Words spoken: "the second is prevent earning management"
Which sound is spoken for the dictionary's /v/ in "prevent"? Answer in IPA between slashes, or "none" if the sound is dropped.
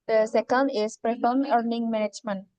/f/